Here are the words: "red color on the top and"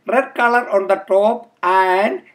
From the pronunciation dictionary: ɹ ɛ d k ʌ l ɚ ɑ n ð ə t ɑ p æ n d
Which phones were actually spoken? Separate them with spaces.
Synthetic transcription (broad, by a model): ɹ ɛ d k ʌ l ɚ ɑ n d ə t ɑ p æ n d